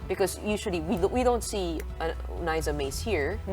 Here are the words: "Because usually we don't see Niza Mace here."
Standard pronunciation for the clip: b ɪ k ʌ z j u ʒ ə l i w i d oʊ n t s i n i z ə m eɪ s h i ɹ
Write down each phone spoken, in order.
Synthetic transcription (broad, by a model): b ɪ k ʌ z j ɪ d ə w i w i d oʊ n t s i n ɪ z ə m eɪ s h i ɹ